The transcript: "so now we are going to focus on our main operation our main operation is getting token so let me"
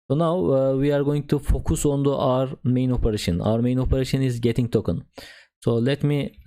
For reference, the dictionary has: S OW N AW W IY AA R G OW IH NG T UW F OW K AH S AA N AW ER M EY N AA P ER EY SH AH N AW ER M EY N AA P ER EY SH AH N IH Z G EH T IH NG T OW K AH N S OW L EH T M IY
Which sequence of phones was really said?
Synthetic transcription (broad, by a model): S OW N AW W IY AA R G OW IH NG T UW F OW K AH S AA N AW ER M EY N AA P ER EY SH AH N AW ER M EY N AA P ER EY SH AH N IH Z G EH T IH NG T OW K AH N S OW L EH T M IY